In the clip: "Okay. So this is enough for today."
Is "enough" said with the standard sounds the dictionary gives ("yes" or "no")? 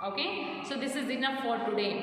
no